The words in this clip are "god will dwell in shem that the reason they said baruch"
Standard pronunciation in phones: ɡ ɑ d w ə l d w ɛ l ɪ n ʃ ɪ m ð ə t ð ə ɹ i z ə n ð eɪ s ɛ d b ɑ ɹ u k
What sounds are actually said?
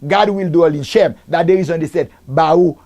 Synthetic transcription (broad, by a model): ɡ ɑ d w ə l d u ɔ l ɪ n ʃ ɪ m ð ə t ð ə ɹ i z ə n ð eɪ s ɛ d b ɑ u